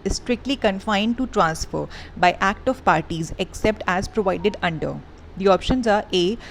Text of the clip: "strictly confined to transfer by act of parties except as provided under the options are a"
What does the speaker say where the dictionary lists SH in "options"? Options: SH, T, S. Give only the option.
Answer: SH